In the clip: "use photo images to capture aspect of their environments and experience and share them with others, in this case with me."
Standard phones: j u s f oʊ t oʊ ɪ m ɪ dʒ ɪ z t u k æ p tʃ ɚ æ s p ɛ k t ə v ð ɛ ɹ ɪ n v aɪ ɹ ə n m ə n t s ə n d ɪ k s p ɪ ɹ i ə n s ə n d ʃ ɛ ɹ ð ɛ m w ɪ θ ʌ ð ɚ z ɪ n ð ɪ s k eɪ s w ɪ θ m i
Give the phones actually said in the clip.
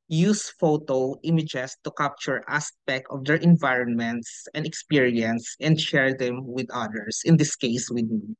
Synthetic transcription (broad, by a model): j u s f oʊ t oʊ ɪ m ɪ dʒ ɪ s t u k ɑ p tʃ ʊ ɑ s p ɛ k t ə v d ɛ ɹ ɪ n v aɪ ɹ ə n m ə n t s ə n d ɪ k s p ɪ ɹ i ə n s ə n d ʃ ɛ ɹ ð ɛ m w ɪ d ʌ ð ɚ s ɪ n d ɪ s k eɪ s w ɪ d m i